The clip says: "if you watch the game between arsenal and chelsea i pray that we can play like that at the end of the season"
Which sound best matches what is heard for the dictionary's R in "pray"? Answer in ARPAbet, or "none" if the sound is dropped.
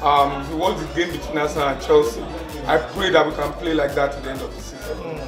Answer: L